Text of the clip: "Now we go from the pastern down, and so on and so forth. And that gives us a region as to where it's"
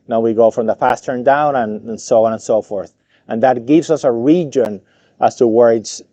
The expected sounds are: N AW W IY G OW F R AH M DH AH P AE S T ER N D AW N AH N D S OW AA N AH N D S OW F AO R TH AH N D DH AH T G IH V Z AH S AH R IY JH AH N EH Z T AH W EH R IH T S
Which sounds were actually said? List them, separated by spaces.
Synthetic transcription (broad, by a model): N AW W IY G OW F R AH M DH AH P AE S T ER N D AW N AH N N S OW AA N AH N S OW F AO R TH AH N DH AH T G IH V Z AH S AH R IY JH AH N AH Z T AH W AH R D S